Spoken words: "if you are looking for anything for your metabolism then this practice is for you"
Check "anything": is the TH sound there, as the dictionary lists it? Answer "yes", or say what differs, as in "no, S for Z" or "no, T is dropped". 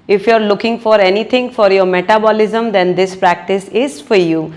no, T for TH